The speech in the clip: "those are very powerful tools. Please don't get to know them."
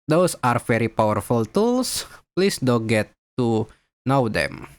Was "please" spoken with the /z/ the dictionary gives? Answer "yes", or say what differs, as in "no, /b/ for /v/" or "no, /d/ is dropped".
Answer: no, /s/ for /z/